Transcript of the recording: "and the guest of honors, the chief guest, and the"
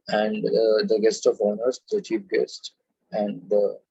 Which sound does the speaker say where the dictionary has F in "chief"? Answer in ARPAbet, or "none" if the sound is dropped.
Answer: P